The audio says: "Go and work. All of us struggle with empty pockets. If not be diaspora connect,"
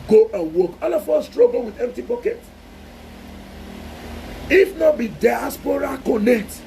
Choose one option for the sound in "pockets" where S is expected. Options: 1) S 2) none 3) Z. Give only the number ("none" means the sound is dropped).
2